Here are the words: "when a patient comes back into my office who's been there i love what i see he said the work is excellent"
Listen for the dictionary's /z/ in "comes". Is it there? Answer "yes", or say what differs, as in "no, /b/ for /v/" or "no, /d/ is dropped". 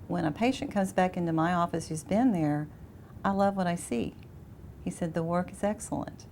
yes